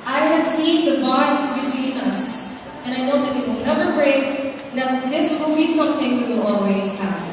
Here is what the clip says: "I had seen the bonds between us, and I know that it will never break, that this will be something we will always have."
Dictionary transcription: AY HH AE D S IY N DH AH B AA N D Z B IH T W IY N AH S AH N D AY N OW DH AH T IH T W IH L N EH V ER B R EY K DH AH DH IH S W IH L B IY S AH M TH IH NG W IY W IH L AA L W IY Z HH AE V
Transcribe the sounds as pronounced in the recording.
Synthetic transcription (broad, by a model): AY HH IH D S IY N DH AH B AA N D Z B IH T W IY N AH S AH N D AY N OW DH AH T IH T W IH L N EH V ER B R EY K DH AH DH IH S W IH L B IY S AH M TH IH NG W W IH L AA L W IY Z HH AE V